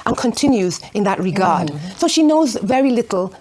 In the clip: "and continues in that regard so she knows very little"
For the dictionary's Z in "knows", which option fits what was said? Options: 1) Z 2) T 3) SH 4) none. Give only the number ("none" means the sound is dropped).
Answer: 1